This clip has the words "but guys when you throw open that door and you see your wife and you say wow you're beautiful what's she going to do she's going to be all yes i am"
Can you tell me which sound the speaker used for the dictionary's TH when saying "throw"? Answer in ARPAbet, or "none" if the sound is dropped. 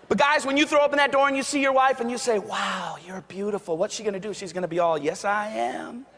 TH